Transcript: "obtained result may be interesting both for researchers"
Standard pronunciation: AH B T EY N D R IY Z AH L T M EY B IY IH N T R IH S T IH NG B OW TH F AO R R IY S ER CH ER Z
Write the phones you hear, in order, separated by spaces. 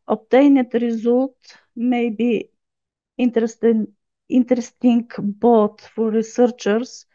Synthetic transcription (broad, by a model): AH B T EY N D R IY Z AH L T M EY B IY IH N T R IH S T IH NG B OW T F AO R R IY S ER CH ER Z